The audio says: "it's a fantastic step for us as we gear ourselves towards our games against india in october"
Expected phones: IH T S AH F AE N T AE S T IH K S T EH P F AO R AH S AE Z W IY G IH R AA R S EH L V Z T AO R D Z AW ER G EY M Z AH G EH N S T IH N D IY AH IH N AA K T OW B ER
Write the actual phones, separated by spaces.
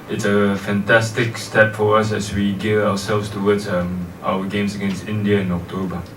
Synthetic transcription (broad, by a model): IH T S AH F AE N T AE S T IH K S T EH P F AO R AH S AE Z W IY G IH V AA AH S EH L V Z T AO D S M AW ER G EY M S AH G EH N S T IH N D IY AH IH N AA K T OW B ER